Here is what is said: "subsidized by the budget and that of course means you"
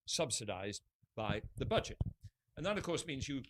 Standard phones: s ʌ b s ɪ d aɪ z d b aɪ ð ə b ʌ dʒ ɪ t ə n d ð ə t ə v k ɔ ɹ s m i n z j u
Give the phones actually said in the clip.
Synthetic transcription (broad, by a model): s ʌ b s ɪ d aɪ z b aɪ ð ə b ʌ dʒ ɪ t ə n ð ə t ə v k ɔ ɹ s m i n z j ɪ